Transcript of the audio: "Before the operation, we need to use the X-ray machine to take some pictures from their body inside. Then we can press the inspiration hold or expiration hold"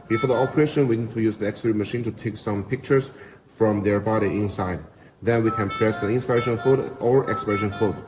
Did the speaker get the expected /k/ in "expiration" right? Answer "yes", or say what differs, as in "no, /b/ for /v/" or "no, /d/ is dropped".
yes